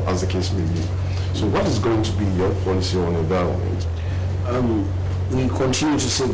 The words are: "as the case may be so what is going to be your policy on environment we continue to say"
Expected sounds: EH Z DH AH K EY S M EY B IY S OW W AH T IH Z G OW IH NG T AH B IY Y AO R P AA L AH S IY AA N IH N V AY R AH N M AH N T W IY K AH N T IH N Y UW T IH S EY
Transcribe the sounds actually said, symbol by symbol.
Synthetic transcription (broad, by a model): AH Z DH AH K EY S M EY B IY S OW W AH T IH Z G OW IH NG T AH B IY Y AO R P AA L AH S IY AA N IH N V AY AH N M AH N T W IY K AH N T IH N Y UW T IH S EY